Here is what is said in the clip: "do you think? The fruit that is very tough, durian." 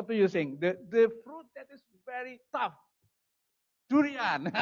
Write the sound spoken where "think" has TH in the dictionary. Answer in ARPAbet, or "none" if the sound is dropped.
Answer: S